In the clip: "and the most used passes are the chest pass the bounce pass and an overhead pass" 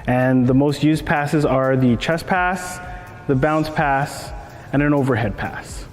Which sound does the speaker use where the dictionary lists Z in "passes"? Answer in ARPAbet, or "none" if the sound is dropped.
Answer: Z